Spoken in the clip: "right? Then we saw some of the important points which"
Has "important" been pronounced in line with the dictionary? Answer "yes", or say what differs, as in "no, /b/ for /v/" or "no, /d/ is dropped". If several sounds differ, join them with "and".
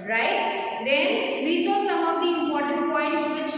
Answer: no, /p/ is dropped